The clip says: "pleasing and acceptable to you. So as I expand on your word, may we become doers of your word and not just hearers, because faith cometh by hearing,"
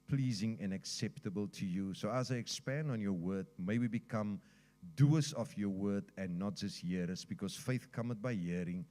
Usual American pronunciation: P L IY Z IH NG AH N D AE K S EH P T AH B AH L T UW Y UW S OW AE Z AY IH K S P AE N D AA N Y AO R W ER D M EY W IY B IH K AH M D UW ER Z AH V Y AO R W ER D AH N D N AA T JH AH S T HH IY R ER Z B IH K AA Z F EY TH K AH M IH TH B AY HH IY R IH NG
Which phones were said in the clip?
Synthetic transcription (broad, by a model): P L IY Z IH NG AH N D AE K S EH P T AH B AH L T UW Y UW S OW AE Z AY IH K S P AE N D AA N Y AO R W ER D M EY W IY B IH K AH M D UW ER S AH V Y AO W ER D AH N N AA T JH AH S T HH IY R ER S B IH K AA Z F EY TH K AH M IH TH B AY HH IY R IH NG